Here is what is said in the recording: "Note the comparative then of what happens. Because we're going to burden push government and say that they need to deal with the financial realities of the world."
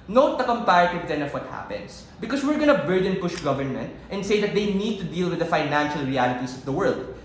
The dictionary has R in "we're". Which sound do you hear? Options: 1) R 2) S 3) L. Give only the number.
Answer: 1